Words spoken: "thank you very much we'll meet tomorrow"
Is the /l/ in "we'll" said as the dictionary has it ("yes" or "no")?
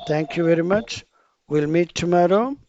yes